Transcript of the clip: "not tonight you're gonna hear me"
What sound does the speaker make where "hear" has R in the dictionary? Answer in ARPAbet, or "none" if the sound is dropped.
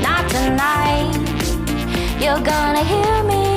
R